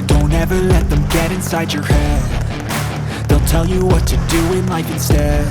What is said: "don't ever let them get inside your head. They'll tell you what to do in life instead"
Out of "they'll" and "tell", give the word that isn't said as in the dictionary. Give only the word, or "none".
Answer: none